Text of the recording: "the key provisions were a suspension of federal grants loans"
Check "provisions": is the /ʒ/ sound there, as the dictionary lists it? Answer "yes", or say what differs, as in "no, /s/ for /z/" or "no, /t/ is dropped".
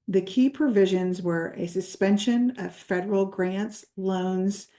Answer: yes